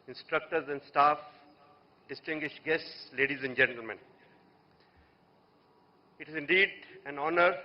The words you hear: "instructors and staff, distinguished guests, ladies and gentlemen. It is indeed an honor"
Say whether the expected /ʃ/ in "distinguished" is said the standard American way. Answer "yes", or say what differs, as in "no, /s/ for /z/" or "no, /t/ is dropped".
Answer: yes